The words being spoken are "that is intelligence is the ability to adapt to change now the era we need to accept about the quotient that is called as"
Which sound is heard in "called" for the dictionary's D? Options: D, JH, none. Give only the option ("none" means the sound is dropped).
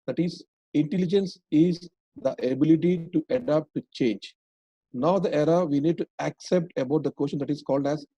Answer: D